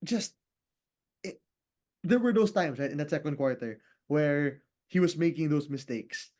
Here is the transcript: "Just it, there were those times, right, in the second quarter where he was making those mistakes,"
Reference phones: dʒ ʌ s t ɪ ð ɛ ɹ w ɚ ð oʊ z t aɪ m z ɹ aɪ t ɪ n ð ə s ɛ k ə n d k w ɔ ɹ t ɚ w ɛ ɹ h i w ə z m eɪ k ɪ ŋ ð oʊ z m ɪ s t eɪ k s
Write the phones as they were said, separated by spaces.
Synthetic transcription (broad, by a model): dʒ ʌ s t ɪ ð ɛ ɹ w ɚ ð oʊ s t aɪ m s ɹ aɪ t ɪ n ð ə s ɛ k ə n d k w ɔ ɹ t ɚ w ɛ ɹ h i w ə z m eɪ k ɪ ŋ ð oʊ s m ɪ s t eɪ k s